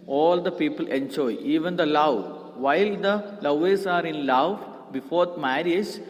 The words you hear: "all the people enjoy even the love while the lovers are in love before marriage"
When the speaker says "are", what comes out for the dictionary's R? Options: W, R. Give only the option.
R